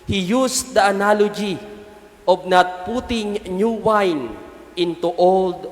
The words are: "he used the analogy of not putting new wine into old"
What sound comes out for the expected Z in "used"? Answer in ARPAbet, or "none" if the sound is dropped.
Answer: S